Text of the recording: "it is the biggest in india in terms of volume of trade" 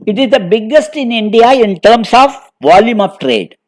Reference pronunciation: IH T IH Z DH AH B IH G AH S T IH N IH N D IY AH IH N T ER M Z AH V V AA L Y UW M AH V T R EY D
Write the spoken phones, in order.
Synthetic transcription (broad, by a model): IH T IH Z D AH B IH G AH S T IH N IH N D IY AH IH N T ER M S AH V V AA L Y UW M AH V T R EY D